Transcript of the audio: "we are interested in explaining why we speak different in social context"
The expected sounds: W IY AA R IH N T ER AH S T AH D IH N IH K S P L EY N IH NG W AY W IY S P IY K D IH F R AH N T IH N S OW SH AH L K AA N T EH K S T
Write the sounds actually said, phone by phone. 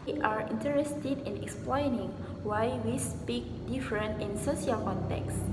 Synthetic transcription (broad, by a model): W AA R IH N T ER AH S T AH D IH N IH K S P L EY N IH NG W AY W IY S P IY K D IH F R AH N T IH N S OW S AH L K AA N T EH K S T